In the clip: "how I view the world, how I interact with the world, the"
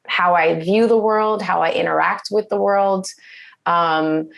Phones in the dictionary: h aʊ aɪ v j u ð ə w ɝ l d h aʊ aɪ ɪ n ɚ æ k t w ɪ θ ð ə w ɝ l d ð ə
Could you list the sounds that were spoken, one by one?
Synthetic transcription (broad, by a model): h aʊ aɪ v j u ð ə w ɝ l d h aʊ aɪ ɪ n ɚ æ k t w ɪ ð ə w ɝ l d ə